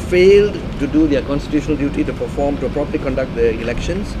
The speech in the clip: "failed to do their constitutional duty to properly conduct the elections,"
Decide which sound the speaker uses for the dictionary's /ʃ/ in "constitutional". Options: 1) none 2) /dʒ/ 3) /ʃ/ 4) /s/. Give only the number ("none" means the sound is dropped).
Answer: 3